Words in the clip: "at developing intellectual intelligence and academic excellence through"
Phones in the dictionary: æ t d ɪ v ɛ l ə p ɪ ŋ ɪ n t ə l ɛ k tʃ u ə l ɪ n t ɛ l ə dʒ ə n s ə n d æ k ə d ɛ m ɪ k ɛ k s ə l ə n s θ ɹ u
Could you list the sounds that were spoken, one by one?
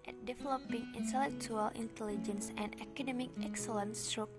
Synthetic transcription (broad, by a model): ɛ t d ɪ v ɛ l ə p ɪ ŋ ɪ n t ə l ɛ k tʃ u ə l ɪ n t ɛ l ə dʒ ə n s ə n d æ k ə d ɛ m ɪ k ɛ k s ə l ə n s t ɹ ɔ